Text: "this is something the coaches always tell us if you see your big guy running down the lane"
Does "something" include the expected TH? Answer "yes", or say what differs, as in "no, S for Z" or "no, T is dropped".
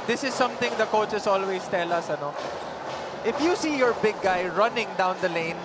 no, T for TH